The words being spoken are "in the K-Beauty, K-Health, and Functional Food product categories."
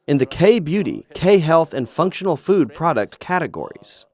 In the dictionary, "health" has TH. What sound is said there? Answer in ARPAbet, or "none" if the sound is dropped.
TH